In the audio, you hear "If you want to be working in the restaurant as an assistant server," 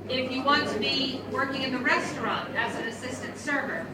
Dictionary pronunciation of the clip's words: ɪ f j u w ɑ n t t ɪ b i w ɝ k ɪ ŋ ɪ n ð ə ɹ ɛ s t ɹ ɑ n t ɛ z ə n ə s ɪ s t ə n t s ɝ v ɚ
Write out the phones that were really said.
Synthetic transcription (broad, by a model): ɪ f j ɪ w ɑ n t t ɪ b i w ɝ k ɪ ŋ ɪ n ð ə ɹ ɛ s t ɹ ɑ n t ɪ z ə n ə s ɪ s t ə n t s ɝ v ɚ